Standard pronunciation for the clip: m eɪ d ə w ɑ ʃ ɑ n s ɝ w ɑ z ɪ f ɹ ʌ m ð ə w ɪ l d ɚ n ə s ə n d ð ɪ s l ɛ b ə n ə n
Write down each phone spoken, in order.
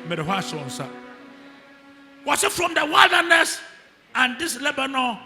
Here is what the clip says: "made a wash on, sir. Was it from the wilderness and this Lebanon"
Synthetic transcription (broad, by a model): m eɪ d ə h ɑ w ɑ n s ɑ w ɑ s ɪ f ɹ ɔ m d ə w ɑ l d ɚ n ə s ə n d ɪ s l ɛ b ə n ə